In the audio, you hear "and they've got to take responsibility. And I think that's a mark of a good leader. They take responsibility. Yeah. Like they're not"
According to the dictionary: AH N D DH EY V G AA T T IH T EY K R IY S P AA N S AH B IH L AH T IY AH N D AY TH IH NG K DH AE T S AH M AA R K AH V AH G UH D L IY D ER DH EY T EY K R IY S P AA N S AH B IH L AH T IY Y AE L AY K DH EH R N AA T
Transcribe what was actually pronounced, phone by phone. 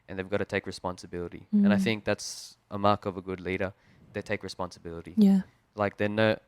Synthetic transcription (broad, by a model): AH N DH EY V G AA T T IH T EY K R IY S P AA N S AH B IH L AH T IY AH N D AY TH IH NG K DH AE T S AH M AA R K AH V AH G UH D L IY D ER DH EY T EY K R IY S P AA N S AH B IH L AH T IY Y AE L AY K DH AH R N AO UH